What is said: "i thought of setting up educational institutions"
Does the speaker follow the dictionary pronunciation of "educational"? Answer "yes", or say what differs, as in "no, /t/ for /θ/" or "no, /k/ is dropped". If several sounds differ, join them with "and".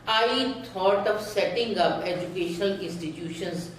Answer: yes